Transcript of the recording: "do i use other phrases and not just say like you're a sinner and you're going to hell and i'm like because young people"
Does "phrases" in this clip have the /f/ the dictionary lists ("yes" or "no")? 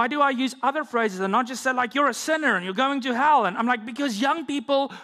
yes